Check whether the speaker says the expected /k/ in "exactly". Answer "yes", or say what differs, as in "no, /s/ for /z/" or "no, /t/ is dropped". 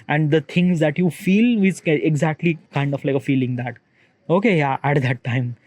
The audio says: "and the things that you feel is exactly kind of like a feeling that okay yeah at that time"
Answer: yes